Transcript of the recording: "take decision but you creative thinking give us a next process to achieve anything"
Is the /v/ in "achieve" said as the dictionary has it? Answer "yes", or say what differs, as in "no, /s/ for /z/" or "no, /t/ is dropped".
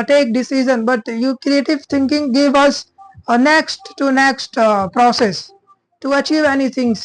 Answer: yes